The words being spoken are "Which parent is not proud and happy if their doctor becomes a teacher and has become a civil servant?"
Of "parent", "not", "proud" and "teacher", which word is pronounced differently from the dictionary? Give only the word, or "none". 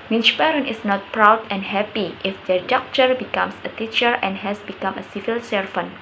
parent